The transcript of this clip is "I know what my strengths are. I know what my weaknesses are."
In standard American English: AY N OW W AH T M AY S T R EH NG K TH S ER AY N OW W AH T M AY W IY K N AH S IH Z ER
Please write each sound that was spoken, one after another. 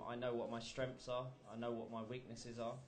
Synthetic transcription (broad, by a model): AY N OW W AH T M AY S T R EH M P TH S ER AY N OW W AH T M AY W IY K N AH S IH Z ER